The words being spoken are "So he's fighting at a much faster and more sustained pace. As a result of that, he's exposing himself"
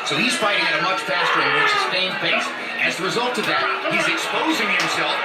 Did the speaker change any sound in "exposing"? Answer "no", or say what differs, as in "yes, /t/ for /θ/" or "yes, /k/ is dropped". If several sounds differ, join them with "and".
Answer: no